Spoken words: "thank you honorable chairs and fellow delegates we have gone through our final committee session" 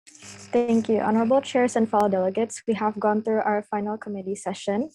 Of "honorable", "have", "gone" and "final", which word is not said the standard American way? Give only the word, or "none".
none